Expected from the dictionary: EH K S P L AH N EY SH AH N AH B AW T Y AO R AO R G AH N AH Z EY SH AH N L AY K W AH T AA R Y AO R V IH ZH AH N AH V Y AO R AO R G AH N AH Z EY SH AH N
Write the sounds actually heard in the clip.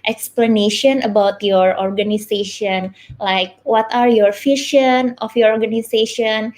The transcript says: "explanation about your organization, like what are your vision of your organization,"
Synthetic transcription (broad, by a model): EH K S P L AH N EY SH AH N AH B AW T Y AO R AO R G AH N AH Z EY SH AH N L AY K W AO T AA R Y AO R F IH SH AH N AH F Y AO R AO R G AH N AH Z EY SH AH N